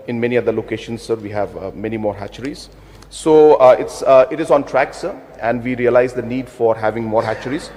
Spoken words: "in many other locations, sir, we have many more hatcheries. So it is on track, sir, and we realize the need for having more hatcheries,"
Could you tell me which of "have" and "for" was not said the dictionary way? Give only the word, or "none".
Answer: none